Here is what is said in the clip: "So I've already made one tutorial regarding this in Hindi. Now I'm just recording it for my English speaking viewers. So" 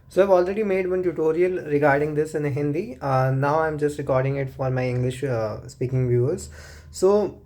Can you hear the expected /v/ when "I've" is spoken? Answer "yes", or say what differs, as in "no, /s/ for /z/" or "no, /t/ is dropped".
yes